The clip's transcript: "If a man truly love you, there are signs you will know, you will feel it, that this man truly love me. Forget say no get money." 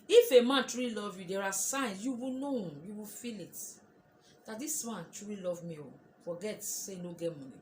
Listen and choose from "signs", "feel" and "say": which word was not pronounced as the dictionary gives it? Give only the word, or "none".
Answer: signs